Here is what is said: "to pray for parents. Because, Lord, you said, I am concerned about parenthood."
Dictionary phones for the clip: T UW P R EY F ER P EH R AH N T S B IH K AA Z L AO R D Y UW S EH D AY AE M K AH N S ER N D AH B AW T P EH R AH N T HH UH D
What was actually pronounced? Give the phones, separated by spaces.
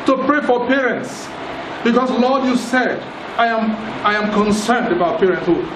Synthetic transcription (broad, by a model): T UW P R EY F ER P EH R AH N T S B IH K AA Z L AO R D Y UW S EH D AY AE M K AH N S ER N D AH B AW T P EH R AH N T HH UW